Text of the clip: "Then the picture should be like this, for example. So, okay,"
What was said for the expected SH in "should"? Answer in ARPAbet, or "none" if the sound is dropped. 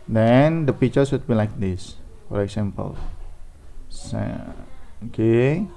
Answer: S